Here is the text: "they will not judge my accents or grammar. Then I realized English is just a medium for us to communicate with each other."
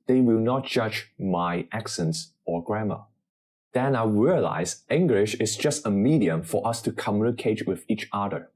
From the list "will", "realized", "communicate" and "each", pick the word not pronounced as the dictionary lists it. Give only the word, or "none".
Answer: realized